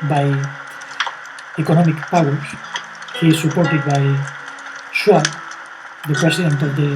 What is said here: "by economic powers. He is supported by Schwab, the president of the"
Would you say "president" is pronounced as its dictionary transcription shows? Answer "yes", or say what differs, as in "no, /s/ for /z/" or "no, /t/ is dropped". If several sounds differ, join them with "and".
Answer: no, /s/ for /z/